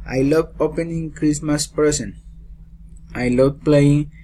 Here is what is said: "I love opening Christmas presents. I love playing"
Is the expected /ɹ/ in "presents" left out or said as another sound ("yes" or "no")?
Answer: yes